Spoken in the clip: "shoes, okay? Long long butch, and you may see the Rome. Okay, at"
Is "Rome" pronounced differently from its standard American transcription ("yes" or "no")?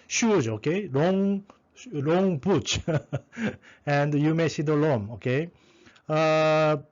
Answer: yes